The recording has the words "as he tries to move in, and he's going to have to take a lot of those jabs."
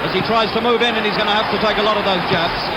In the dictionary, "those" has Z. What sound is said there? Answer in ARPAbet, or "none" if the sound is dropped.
Z